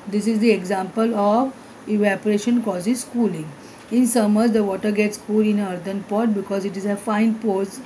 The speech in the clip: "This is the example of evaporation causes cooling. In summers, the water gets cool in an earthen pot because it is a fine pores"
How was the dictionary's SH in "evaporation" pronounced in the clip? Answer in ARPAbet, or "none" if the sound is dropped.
SH